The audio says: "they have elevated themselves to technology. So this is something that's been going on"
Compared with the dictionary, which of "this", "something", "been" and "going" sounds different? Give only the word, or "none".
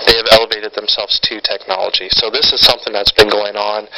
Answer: none